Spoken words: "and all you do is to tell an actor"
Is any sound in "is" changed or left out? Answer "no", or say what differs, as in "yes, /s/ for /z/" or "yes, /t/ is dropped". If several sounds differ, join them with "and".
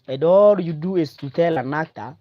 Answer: yes, /s/ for /z/